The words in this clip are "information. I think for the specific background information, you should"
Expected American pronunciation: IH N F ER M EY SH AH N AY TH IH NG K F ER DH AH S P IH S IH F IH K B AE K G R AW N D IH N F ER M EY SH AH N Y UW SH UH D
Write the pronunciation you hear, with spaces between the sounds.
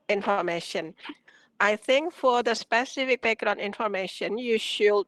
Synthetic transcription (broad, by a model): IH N F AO M EY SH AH N AY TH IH NG K F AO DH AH S P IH S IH F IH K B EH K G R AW N IH N F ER M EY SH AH N Y UW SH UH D